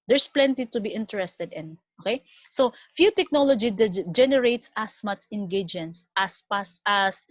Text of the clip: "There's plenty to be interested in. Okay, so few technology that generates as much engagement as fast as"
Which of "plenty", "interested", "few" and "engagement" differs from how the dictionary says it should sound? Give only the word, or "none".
engagement